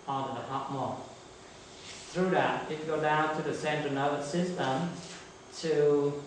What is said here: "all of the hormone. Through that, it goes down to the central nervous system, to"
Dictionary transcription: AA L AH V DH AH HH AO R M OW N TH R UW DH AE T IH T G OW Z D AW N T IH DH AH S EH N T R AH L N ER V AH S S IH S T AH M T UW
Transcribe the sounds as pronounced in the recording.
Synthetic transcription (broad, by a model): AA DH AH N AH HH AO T M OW TH R UW DH AE T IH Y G OW D AW N T IH DH AH S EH N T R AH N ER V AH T S IH S T AH M T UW